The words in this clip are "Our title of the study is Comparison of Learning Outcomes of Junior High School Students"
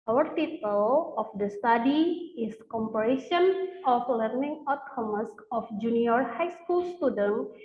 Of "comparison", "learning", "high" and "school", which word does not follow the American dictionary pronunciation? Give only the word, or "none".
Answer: comparison